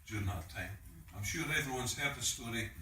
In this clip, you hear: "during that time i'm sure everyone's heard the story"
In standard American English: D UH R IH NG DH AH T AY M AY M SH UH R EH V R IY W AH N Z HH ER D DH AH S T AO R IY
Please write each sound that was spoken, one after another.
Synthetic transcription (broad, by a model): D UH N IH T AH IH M AY M SH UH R EH V R IY W AH N Z HH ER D DH AH S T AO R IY